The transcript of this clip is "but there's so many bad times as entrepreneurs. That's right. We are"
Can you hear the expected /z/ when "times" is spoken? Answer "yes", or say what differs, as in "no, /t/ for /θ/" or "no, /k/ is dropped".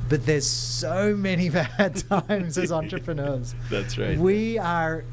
yes